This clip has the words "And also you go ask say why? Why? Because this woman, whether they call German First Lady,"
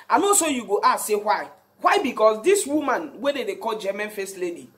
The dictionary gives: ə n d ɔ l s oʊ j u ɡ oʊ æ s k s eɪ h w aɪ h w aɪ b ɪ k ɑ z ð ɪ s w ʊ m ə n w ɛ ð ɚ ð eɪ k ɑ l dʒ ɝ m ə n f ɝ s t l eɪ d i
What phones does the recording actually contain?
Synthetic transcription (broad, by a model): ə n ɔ s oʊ j u ɡ oʊ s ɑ s eɪ h w aɪ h w aɪ b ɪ k ɑ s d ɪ s w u m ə n w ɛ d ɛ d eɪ k ɑ l dʒ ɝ m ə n f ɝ s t l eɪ d i